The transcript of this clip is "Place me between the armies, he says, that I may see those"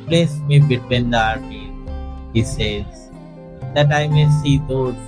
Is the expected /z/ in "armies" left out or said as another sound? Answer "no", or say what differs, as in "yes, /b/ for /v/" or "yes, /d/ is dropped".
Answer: yes, /z/ is dropped